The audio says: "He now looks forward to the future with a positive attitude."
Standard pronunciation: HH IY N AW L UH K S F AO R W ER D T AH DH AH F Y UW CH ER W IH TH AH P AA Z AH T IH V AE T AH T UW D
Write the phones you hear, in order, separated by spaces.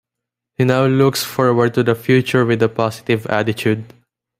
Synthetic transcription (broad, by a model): HH IY N AW L UH K S F AO R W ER D T AH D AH F Y UW CH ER W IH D AH P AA S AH T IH V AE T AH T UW D